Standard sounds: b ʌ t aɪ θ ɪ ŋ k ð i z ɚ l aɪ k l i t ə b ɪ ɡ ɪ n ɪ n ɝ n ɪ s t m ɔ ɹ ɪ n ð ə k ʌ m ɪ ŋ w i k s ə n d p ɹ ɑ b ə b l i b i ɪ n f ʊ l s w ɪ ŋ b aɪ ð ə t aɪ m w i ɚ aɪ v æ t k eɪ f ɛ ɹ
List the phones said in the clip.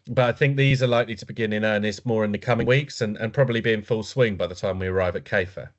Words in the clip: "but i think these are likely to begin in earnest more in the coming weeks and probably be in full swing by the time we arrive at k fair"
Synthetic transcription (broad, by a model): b ʌ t aɪ θ ɪ ŋ k ð i z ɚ l aɪ k l i t ə b ɪ ɡ ɪ n ɪ n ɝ n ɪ s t m ɔ ɹ ɪ n ð ə k ʌ m ɪ ŋ w i k s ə n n p ɹ ɑ b ə b l i b i ɪ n f ʊ l s w ɪ ŋ b aɪ ð ə t aɪ m w i ɚ aɪ v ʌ t k eɪ f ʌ